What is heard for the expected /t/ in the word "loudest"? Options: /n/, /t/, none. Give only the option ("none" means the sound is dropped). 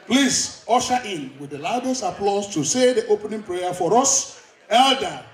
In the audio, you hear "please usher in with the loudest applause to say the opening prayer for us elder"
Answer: none